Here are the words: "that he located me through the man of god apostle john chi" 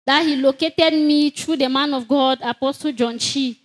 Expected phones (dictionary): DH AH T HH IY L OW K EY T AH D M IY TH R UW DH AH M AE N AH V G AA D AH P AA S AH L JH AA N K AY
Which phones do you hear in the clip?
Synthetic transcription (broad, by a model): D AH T HH IY L OW K EY T AH D M IY T R UW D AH M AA N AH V G AA D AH P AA S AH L JH AA N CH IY